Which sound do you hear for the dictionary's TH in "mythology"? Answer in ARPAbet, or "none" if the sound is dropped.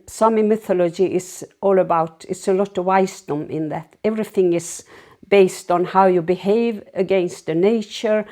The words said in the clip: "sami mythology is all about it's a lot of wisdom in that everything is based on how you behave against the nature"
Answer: TH